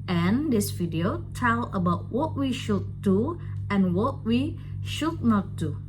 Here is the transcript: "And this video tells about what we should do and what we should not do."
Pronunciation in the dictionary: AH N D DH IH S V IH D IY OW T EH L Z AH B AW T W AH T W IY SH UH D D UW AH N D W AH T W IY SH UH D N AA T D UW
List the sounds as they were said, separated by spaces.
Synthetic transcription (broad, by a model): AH N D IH S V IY D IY OW T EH L AH B AW T W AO T W IY SH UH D D UW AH N W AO T W IY SH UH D N AA T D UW